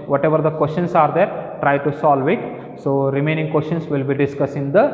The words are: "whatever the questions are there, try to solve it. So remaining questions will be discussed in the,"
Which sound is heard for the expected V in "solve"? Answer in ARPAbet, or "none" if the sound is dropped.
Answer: V